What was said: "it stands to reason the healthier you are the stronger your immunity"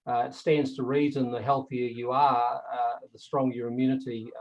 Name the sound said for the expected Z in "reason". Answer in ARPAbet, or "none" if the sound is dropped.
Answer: Z